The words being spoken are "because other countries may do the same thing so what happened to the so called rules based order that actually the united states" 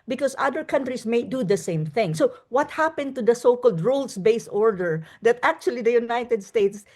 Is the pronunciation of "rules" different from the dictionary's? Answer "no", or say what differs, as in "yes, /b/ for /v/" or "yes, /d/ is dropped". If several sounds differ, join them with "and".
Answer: yes, /s/ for /z/